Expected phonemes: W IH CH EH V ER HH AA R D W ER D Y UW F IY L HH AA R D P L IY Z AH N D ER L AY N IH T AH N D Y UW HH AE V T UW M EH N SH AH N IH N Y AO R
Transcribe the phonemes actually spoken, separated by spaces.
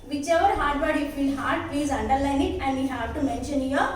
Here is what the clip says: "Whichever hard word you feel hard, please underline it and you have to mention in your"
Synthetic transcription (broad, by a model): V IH CH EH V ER HH AA R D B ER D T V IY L HH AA R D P IY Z AH N D ER L AY N IH T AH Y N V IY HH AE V T UW M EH N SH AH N N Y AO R